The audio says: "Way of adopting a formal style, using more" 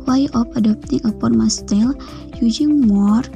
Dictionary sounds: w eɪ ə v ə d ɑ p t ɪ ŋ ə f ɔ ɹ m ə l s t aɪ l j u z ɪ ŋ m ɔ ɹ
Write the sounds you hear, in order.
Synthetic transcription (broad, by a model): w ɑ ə p ə d ɑ p t ɪ ŋ ə p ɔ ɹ m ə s t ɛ l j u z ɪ ŋ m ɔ ɹ